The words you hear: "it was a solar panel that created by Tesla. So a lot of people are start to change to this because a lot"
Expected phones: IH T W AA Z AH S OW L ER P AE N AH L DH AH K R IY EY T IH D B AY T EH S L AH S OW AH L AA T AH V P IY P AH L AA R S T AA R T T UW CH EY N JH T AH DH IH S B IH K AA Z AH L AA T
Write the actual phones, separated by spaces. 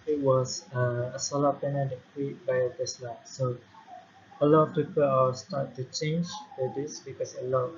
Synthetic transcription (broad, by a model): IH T W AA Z AH S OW L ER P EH N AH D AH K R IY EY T B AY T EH S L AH S OW AH L AA T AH F P IY P AH L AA W S T AA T T UW CH EY N JH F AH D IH S B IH K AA S AH L AA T